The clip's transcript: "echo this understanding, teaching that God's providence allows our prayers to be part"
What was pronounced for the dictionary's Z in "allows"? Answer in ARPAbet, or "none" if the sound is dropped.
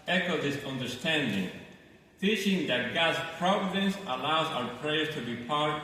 Z